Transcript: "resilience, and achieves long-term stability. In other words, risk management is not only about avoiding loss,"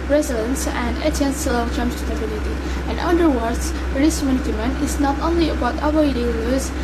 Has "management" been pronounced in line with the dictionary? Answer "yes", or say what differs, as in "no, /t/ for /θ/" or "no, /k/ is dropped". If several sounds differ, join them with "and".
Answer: no, /dʒ/ is dropped and /t/ is dropped